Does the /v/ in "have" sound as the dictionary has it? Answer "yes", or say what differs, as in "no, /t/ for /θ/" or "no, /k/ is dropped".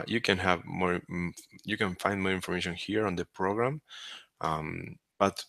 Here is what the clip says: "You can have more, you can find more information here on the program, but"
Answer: yes